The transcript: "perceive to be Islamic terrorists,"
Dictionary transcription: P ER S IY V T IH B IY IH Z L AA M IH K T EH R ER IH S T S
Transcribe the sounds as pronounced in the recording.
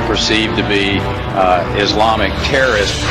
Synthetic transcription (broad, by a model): P ER S IY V T IH B IY IH Z L AA M IH K T EH R ER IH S S